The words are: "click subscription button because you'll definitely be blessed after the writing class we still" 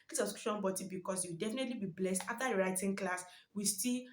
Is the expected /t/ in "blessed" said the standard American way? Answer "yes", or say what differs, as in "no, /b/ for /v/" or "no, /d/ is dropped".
yes